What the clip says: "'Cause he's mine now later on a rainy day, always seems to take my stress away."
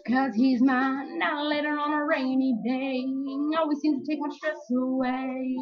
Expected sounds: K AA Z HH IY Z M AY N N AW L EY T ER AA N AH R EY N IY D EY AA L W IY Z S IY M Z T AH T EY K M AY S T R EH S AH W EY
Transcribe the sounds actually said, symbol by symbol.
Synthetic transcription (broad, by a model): K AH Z HH IY Z M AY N N AW L EY T ER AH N AH R EY N IY D EY AA L W IY Z S IY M T AH T EY K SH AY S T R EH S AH W EY